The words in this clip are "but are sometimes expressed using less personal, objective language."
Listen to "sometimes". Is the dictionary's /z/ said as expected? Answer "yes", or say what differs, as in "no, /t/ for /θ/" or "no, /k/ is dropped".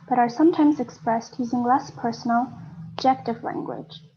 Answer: yes